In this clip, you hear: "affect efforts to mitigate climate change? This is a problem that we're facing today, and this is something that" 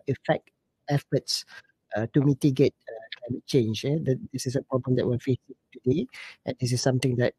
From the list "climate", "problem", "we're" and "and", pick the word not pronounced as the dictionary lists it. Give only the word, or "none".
we're